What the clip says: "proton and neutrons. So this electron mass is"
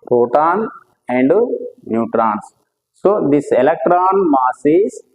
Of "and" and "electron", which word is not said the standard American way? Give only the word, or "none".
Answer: none